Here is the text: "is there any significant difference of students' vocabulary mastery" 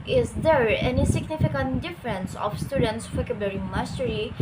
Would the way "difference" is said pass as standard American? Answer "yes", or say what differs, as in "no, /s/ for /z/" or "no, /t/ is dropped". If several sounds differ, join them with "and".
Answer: yes